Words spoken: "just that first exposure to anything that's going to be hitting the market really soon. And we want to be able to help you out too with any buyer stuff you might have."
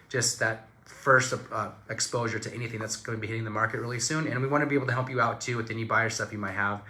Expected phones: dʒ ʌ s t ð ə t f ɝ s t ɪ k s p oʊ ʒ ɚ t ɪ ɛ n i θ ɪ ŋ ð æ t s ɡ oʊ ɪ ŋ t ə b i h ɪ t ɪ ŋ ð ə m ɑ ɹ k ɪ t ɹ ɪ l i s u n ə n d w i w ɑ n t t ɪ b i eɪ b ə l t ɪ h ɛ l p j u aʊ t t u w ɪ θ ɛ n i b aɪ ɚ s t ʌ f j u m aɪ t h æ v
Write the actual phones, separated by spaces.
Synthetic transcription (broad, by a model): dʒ ʌ s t ð ə t f ɝ s t ɪ k s p oʊ ʒ ɚ t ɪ ɛ n i θ ɪ ŋ ð æ t s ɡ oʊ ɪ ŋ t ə b i h ɪ t ɪ ŋ ð ə m ɑ ɹ k ɪ t ɹ ɪ l i s u n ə n w i w ɑ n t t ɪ b i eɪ b l t ɪ h ɛ l p j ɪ aʊ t t u w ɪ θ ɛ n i b aɪ ɚ s t ʌ f j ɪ m aɪ t h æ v